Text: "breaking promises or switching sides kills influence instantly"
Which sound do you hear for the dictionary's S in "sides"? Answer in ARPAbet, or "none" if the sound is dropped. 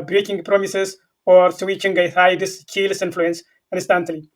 TH